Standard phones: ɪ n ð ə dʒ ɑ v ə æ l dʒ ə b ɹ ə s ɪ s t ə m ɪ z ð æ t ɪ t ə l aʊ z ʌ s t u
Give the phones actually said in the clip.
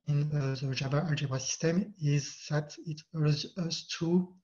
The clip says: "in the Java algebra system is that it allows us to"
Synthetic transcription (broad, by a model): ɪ n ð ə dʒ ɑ b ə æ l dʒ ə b ə s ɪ s t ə m ɪ z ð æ t ɪ t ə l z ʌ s t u